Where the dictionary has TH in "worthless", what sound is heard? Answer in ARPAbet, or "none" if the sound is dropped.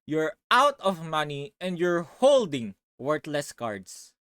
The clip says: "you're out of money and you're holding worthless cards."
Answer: T